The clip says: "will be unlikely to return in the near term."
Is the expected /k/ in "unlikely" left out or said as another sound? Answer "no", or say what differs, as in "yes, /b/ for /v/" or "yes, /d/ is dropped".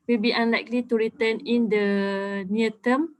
no